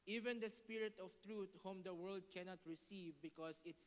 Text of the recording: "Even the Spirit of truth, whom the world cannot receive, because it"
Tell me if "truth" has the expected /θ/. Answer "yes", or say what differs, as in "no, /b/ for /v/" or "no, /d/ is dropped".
no, /t/ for /θ/